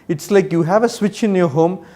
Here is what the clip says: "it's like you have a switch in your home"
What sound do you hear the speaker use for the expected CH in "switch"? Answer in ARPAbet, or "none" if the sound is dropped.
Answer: CH